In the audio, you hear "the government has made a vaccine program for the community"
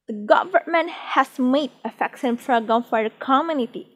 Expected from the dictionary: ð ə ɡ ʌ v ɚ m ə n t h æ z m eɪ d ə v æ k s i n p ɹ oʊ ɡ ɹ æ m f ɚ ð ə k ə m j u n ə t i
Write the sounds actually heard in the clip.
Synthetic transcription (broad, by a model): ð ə ɡ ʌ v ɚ m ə n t h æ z m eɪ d ə f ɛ k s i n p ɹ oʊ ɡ ɔ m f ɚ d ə k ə m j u n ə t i